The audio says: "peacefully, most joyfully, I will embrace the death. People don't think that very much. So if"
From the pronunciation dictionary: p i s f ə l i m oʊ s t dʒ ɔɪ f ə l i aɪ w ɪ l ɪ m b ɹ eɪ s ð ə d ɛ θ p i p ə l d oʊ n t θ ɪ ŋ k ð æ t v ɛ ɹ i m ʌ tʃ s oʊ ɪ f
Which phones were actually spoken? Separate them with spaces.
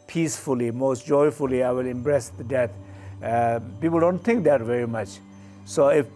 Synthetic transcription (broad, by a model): p i s f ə l i m oʊ s t dʒ ɔɪ f ə l i aɪ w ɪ l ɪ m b ɹ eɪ s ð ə d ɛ t p i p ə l d oʊ n t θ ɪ ŋ k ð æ t v ɛ ɹ i m ʌ tʃ s oʊ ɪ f